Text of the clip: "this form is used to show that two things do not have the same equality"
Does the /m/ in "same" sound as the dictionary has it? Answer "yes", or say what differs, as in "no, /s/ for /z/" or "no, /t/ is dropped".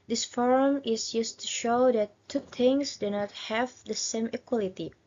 yes